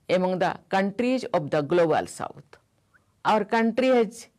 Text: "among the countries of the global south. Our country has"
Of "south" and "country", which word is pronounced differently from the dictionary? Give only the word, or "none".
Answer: south